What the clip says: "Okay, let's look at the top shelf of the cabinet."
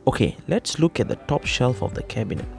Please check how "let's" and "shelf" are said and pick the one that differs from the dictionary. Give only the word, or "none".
none